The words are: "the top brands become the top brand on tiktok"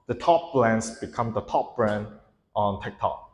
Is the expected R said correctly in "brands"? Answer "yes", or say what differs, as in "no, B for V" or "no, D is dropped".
no, L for R